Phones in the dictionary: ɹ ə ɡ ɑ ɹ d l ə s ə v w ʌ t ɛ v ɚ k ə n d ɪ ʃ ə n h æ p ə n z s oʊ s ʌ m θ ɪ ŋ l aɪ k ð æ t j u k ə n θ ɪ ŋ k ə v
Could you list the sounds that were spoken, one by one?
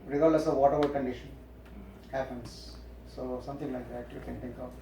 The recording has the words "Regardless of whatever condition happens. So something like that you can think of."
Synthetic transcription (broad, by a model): ɹ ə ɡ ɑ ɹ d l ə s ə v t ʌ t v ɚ k ə n d ɪ ʃ ə n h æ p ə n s s oʊ s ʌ m t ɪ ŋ l aɪ k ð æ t j u k ə n t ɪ ŋ k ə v